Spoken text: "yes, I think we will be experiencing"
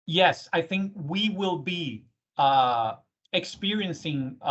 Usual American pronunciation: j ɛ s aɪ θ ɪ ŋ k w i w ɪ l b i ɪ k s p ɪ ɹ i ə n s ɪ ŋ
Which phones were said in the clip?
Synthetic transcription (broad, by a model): j ɛ s aɪ θ ɪ ŋ k w i w ɪ l b i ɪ k s p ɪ ɹ i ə n s ɪ ŋ